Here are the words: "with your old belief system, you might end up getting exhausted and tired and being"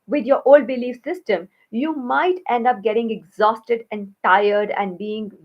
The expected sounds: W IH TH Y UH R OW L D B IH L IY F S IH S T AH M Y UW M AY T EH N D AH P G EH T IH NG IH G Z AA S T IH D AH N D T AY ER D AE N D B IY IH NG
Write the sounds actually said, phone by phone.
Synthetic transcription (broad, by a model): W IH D Y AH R OW L D B IH L IY F S IH S T AH M Y UW M AY T EH N D AH P G EH T IH NG IH G Z AA S T IH D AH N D T AY ER D AE N D B IY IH NG